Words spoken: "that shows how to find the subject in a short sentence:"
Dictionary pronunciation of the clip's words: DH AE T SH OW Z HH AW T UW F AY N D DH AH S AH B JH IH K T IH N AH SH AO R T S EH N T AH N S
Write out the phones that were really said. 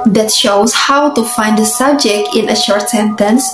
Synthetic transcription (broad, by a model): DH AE T SH OW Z HH AW T UW F AY N D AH S AH B JH IH K T IH N AH SH AO R T S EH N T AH N S